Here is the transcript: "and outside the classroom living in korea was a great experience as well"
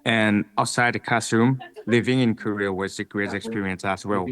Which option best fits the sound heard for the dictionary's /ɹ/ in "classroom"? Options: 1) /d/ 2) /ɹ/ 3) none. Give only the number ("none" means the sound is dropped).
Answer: 3